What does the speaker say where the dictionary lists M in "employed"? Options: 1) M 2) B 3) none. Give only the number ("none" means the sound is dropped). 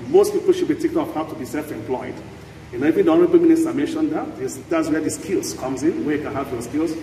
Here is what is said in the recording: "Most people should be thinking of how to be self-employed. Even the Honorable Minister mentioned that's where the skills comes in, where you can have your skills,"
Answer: 1